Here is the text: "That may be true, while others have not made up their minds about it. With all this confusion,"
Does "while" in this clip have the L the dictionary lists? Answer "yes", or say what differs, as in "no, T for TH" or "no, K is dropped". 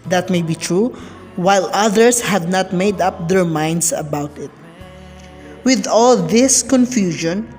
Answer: yes